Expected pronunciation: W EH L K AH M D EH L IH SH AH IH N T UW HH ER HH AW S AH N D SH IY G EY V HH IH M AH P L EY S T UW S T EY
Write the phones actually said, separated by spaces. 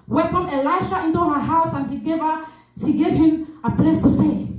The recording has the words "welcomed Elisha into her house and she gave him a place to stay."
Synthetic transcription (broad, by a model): W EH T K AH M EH L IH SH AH IH N T UW HH ER HH AW S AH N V SH IY G EY V HH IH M AH P L EY S T UW S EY